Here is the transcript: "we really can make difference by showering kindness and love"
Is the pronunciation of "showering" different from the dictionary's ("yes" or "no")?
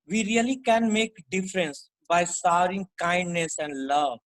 yes